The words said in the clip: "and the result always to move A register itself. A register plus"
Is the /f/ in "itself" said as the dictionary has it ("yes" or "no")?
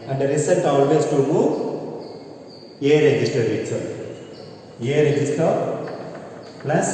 no